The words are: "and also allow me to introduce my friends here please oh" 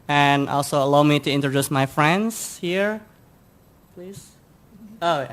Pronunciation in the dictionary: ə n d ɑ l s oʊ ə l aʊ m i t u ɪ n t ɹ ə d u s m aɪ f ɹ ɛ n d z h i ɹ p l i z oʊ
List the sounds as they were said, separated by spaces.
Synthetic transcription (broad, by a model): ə n ɑ l s oʊ ə l aʊ m i t u ɪ n t ɹ ə d u s m aɪ f ɹ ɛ n d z h i ɹ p l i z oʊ